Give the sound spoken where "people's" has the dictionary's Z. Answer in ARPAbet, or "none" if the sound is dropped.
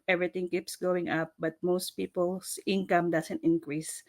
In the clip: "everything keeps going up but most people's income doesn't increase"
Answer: S